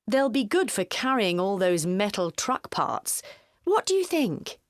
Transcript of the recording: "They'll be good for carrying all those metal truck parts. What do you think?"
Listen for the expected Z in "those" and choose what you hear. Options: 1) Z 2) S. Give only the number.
1